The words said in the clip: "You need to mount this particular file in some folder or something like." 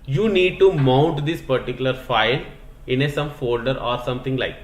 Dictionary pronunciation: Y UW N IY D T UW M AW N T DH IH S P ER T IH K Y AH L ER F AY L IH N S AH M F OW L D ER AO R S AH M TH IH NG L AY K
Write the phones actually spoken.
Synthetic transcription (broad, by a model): Y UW N IY D T UW M AW N T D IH S P ER T IH K Y AH L ER F AY L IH N S AH M F OW L D ER AO R S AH M T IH NG L AY K